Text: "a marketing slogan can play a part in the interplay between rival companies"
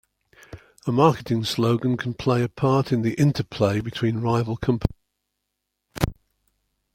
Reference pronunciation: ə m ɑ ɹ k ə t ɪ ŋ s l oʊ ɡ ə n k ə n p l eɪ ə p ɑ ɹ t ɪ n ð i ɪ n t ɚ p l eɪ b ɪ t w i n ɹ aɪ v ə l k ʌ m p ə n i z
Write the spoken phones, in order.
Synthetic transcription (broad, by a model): ə m ɑ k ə t ɪ ŋ s l oʊ ɡ ə n k ə n p l eɪ ə p ɑ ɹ t ɪ n ð i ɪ n t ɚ p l eɪ b ɪ t w i n ɹ aɪ v ə l k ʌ m p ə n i